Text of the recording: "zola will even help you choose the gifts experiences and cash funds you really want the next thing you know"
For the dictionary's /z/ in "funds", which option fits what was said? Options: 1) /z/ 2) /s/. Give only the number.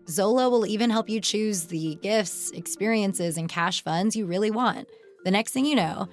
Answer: 1